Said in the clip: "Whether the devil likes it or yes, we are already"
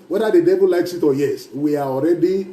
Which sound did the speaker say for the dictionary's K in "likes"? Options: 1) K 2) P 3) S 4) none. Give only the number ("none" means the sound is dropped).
1